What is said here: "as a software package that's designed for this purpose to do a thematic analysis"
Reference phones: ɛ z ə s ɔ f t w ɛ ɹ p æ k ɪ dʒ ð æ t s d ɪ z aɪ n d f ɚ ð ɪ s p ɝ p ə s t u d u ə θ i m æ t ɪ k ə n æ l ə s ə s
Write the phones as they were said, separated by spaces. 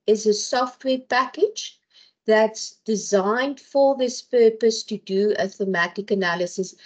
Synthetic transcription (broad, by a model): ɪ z ə s ɔ f t w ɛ p æ k ɪ dʒ ð æ t s d ɪ z aɪ n d f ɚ ð ɪ s p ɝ p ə s t u d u ə θ i m æ t ɪ k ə n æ l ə s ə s